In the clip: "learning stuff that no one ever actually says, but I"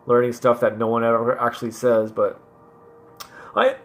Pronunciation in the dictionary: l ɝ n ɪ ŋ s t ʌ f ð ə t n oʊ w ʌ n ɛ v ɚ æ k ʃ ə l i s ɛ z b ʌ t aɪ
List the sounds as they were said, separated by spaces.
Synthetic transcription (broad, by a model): l ɝ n ɪ ŋ s t ʌ f ð ə t n oʊ w ʌ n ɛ v ɚ æ k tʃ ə l i s ɛ z b ʌ t aɪ